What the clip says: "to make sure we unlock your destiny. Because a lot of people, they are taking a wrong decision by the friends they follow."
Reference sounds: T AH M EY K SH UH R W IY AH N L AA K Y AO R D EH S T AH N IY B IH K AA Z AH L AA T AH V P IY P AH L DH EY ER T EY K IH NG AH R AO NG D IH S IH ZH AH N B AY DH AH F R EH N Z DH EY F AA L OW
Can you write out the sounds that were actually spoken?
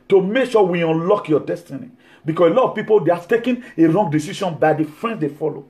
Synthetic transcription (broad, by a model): T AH M EY K SH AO W IY AH N L AA K Y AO D EH S T AH N IY B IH K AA S AH L AA T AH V P IY P AH L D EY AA T EY K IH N AH R AO NG D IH S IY SH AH N B AY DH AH F R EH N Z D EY F AA L OW